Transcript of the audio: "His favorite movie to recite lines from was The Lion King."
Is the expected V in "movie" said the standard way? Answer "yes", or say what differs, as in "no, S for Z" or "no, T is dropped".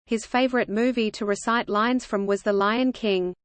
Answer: yes